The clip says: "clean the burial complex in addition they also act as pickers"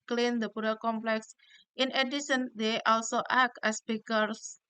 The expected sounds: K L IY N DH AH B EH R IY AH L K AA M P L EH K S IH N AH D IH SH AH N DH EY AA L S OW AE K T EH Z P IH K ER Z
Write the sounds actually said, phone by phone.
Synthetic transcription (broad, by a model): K L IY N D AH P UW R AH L K AA M P L EH K S IH N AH D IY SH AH N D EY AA L S OW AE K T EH S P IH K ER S